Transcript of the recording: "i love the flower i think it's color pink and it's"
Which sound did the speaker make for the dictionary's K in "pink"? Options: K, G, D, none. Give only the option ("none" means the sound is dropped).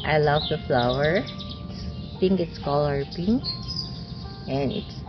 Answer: none